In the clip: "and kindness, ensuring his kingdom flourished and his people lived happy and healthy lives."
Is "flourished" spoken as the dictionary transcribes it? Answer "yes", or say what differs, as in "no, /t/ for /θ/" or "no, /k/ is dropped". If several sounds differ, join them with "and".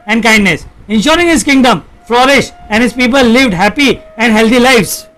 no, /t/ is dropped